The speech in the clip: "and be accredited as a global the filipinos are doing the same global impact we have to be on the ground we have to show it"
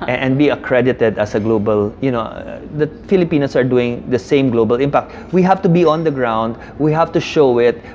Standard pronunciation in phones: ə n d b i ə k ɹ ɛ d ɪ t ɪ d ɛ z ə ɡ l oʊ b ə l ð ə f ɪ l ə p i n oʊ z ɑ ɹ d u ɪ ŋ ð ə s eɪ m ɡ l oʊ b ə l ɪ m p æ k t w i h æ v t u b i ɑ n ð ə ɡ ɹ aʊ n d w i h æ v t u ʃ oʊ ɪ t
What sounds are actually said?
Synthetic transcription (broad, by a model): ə n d b i ə k ɹ ɛ d ɪ t ɪ d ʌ s ə ɡ l oʊ b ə l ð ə f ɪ l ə p i n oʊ s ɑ ɹ d u ɪ ŋ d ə s eɪ m ɡ l oʊ b ə l ɪ m p æ k t w i h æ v t u b i ɑ n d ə ɡ ɹ aʊ n d w i h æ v t u ʃ oʊ ɪ t